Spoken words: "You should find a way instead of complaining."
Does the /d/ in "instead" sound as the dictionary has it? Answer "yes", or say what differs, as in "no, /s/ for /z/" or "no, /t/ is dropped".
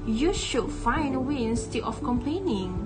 no, /d/ is dropped